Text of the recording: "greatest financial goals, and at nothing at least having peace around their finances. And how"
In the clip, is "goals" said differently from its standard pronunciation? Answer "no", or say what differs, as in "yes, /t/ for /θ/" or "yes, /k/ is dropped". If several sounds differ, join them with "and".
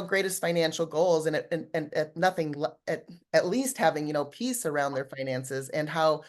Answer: no